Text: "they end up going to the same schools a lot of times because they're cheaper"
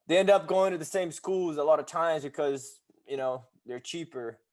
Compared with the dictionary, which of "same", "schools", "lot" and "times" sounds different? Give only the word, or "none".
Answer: none